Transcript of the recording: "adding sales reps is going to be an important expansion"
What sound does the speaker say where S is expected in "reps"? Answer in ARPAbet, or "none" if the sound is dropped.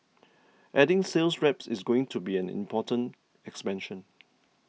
S